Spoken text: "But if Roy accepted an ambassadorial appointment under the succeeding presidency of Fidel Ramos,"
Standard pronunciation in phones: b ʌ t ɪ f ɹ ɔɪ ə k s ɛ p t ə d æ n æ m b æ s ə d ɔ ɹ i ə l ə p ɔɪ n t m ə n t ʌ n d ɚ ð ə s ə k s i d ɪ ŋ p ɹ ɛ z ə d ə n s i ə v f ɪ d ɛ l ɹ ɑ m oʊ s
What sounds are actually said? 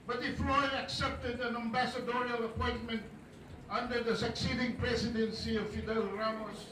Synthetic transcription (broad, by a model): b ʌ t ɪ f l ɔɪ ə k s ɛ p t ə d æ n æ m b æ s ə d ɔ ɹ i ə l ə p ɔɪ n t m ə n t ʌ n d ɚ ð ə s ə k s i d ɪ ŋ p ɹ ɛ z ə d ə n s i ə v f ɪ d ɛ l ɹ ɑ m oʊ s